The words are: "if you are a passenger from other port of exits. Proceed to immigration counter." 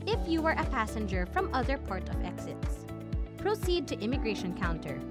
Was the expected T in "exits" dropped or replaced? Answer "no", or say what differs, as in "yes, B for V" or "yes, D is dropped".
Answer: no